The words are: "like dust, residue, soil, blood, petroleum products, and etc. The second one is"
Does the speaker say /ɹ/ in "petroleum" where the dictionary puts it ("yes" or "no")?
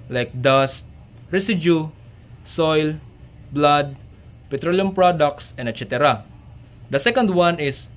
yes